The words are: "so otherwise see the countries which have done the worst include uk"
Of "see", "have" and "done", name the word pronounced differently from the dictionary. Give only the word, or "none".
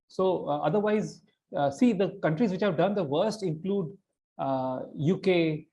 none